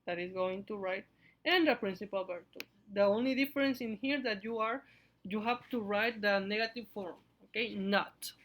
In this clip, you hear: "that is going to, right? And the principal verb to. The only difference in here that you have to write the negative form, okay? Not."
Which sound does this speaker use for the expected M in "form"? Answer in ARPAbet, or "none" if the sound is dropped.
M